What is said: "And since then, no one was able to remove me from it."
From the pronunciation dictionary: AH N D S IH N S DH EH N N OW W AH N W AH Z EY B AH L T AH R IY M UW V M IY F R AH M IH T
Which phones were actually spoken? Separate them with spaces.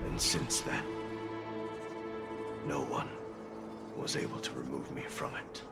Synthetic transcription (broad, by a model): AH N S IH N S DH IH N N OW W AH N W AH Z EY B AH L T AH R IY M UW V M IY F R AH M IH T